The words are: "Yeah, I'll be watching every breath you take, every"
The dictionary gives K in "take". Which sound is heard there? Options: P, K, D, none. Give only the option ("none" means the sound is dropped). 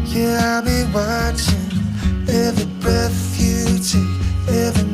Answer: none